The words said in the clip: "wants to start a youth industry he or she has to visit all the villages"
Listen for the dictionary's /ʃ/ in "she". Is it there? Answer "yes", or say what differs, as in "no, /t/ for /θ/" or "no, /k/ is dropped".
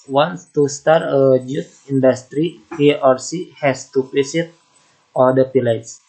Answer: no, /s/ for /ʃ/